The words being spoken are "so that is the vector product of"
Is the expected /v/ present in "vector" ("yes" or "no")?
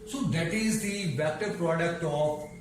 no